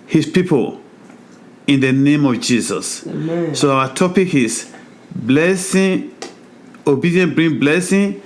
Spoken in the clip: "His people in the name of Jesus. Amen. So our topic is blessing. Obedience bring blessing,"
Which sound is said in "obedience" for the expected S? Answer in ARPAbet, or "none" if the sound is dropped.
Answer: none